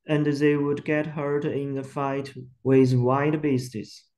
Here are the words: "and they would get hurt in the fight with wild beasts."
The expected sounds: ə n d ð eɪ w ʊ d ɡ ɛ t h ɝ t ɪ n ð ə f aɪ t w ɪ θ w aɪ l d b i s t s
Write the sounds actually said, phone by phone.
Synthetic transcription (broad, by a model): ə n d ð eɪ w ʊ d ɡ ɛ t h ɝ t ɪ n ð ə f aɪ t w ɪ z w aɪ d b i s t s